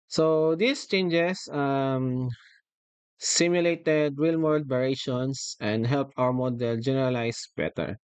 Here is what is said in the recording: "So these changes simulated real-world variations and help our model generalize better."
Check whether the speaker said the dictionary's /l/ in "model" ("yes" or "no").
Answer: yes